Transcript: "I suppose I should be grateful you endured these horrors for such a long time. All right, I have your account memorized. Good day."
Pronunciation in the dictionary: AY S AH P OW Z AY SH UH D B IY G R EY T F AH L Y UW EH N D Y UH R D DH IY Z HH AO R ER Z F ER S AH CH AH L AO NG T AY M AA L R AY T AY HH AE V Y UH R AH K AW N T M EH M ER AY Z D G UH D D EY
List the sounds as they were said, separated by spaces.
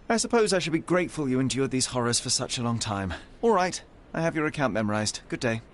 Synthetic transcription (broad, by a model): AY S AH P OW Z AY SH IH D B IY G R EY T F AH L Y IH EH N D Y UH R D DH IY Z HH AO R ER Z F ER S AH CH AH L AO NG T AY M AA L R AY T AY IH V Y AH R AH K AW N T M EH M ER AY Z D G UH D D EY